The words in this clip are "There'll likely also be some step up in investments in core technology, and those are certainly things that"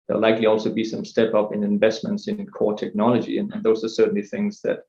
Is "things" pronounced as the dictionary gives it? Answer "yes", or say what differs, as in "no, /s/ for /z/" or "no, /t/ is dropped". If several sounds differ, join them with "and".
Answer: yes